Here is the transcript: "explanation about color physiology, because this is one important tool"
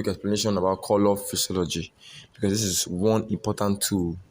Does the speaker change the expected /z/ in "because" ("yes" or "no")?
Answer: yes